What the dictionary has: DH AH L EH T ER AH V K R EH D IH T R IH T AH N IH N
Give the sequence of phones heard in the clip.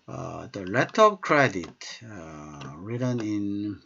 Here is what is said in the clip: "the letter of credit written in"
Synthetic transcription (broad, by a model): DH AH L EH T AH P K R EH D IH T R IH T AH N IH N